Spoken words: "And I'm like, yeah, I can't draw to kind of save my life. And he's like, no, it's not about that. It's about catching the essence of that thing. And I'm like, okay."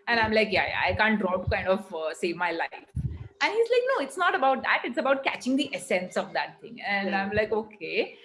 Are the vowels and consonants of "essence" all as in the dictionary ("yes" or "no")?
yes